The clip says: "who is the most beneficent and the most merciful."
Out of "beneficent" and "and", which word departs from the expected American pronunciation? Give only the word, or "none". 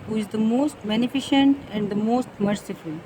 none